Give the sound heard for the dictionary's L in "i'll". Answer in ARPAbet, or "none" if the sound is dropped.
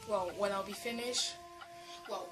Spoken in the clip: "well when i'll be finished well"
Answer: L